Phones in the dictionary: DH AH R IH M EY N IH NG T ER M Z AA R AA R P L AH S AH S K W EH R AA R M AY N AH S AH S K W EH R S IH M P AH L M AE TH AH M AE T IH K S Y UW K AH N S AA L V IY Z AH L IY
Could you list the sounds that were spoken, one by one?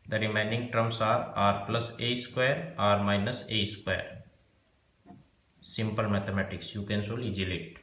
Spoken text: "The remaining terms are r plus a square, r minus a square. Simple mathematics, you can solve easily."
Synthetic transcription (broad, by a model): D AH R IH M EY N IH NG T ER M S AA R AA R P L AH S AH S K W EH R AA R M AY N AH S AH S K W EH R S IH M P AH L M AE T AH M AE T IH K S Y UW K AH N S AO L IY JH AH L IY